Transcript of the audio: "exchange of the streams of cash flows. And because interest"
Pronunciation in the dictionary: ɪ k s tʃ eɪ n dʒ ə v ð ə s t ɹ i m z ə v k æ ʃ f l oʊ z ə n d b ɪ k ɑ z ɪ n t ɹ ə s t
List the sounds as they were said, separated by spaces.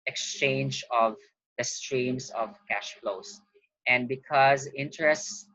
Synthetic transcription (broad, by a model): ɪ k s tʃ eɪ n dʒ ə v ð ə s t ɹ i m s ə v k æ ʃ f l oʊ s ə n d b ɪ k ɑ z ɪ n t ɹ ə s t